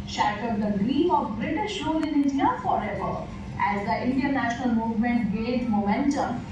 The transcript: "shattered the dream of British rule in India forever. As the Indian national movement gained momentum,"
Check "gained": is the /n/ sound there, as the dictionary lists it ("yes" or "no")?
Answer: no